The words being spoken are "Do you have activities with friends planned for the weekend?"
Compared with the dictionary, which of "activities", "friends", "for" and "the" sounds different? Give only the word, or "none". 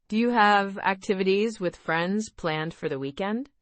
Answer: none